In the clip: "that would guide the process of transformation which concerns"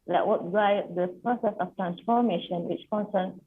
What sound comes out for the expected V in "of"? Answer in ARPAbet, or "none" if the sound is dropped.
F